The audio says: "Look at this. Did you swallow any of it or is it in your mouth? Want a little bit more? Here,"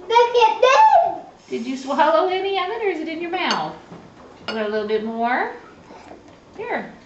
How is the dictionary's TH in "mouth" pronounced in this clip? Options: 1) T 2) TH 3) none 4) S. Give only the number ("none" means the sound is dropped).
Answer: 2